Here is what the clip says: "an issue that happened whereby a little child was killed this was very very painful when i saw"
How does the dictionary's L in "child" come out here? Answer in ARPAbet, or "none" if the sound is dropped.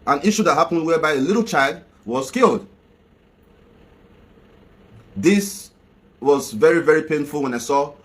L